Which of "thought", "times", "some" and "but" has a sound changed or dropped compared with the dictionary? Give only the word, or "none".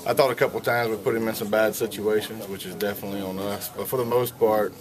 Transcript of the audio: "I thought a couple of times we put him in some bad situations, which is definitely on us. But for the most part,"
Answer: none